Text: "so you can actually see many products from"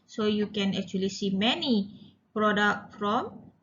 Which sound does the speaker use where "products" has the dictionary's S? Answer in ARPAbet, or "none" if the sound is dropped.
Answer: none